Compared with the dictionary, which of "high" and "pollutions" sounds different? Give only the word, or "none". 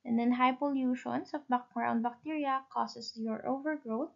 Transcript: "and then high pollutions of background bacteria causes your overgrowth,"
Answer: pollutions